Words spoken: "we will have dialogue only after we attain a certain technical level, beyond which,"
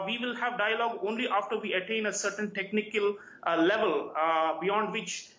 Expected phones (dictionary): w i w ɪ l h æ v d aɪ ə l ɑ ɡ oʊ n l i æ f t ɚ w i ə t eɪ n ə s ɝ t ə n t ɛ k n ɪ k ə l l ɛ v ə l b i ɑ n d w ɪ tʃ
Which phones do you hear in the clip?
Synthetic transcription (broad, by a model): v i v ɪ l h æ v d aɪ ə l ɑ ɡ oʊ n l i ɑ f t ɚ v i ə t eɪ n ə s ɝ t ə n t ɛ k n ɪ k ə l l ɛ v ə l b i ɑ n d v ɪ tʃ